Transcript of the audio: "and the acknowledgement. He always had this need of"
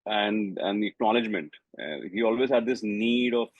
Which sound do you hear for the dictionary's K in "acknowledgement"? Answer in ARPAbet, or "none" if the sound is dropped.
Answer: K